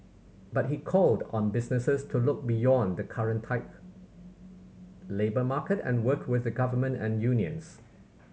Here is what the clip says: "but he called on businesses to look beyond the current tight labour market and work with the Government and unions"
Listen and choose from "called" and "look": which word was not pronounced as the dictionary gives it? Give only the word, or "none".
none